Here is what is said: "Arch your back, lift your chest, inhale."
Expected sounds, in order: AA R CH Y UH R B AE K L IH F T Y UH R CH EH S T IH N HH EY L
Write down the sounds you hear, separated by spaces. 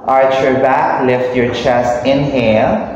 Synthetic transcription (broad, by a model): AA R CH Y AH R B AE K L IH F T Y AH R CH EH S T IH N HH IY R